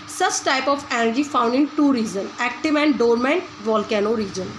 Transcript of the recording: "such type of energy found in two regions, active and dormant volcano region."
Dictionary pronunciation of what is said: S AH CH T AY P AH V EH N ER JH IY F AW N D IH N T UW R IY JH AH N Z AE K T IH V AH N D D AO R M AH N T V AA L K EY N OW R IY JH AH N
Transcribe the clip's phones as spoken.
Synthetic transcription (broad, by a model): S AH CH T AY P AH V EH N ER JH IY F AW N D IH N T UW R IY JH AH N AE K T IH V AH N D D AO R M AH N T V AA L K EY N OW R IY JH AH N